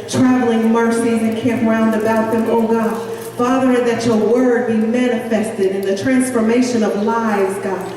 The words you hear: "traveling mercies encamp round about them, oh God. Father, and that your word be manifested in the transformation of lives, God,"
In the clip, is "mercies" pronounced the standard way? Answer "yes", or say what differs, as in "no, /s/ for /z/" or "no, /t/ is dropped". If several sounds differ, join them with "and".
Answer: no, /z/ is dropped